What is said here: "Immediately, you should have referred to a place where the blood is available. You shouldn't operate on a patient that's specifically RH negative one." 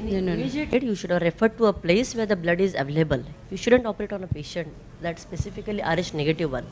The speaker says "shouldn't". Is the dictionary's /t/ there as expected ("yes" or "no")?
yes